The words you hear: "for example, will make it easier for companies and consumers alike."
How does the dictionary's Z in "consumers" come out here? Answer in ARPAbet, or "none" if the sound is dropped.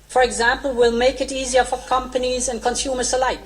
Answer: S